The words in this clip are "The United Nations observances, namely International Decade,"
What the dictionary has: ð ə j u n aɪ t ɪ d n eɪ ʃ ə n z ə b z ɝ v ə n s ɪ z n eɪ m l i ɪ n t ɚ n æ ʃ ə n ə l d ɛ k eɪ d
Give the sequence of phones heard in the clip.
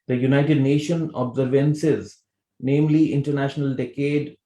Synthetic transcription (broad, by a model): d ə j u n aɪ t ɪ d n eɪ ʃ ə n ə b z ɝ v ə n s ɪ z n eɪ m l i ɪ n t ɚ n æ ʃ ə n ə l d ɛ k eɪ d